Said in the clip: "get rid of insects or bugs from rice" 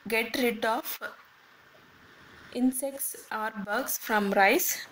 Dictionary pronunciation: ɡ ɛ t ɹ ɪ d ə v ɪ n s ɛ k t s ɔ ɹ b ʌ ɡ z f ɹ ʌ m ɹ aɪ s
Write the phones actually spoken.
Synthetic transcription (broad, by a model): ɡ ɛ t ɹ ɪ d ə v ɪ n s ɛ k t s ɔ ɹ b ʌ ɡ s f ɹ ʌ m ɹ aɪ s